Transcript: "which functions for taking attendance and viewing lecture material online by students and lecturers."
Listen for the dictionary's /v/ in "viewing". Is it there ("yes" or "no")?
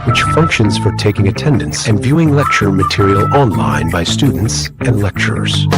yes